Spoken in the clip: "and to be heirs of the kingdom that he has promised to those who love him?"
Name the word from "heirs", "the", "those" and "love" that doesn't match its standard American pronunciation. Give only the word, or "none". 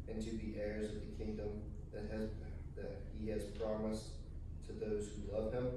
none